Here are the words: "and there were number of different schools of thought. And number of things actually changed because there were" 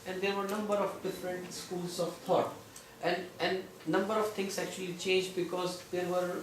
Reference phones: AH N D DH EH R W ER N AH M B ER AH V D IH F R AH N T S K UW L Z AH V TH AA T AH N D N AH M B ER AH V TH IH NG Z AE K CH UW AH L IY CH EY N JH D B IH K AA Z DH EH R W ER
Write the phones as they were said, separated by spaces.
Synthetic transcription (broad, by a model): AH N D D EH R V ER N AH M B ER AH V D IH F R AH N T S K UW L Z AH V T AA T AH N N N AH M B ER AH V T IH NG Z AE K CH UW AH L IY CH EY N JH D B IH K AA Z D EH R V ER